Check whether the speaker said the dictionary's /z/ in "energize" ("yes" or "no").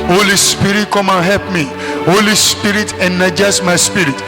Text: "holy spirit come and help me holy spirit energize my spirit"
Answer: no